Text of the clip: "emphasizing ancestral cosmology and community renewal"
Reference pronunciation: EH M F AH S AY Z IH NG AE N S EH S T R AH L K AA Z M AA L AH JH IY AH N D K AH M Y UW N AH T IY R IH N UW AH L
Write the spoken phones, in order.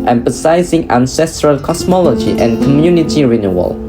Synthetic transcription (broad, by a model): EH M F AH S AY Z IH NG AE N S EH S T R AH L K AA S M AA L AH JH IY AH N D K AH M Y UW N AH T IY R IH N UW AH L